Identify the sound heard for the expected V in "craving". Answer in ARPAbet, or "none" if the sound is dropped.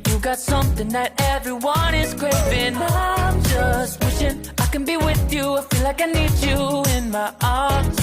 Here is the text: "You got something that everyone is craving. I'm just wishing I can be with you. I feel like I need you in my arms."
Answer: none